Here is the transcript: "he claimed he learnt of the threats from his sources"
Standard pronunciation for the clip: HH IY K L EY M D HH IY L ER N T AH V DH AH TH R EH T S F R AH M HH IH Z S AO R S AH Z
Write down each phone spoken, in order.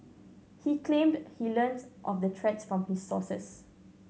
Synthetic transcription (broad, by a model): HH IY K L EY M D HH IY L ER N T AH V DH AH T R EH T S F R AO M HH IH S AO S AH S